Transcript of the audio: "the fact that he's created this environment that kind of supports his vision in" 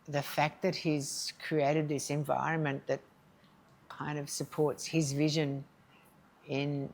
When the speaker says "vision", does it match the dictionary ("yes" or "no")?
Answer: yes